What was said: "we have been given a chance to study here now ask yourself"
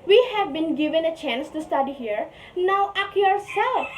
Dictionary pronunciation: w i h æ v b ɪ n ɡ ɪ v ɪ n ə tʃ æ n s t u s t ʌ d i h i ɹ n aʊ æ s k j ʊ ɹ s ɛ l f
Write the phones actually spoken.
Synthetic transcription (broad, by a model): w i h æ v b ɪ n ɡ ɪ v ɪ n ə tʃ æ n s t u s t ʌ d i h i ɹ n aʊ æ k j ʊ ɹ s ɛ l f